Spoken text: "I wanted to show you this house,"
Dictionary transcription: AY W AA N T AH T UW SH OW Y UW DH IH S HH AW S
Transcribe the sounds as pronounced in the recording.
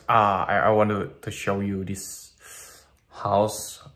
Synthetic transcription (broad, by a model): AY W AA N T AH T UW SH OW Y UW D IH S HH AW S